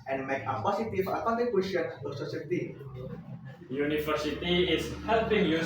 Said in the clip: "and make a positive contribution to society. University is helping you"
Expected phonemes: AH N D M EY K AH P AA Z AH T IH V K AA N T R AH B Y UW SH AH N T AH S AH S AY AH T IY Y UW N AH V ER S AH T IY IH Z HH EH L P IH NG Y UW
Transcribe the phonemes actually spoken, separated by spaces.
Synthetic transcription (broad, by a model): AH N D M EY K AH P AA S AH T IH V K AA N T AH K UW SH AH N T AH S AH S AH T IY Y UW N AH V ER S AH T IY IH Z HH EH L P IH NG Y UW